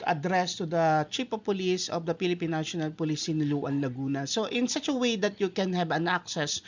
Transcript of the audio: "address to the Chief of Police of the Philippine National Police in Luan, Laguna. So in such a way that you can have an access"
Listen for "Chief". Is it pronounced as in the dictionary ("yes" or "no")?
no